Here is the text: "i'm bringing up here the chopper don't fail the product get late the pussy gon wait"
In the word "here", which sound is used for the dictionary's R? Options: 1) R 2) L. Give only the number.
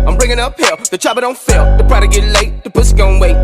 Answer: 2